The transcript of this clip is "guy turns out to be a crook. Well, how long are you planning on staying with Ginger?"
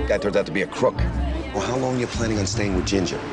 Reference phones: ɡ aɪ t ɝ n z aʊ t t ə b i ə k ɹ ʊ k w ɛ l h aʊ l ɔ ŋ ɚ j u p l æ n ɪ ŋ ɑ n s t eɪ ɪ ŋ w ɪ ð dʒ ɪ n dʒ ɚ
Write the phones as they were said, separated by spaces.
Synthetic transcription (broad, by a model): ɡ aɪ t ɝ z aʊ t t ə b i ə k ɹ ʊ k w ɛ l h aʊ l ɔ ŋ j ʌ p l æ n ɪ ŋ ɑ n s t eɪ ɪ ŋ w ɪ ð dʒ ɪ n dʒ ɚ